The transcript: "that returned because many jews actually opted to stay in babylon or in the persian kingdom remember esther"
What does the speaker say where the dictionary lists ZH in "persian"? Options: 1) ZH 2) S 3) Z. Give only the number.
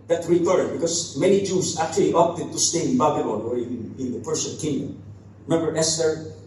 2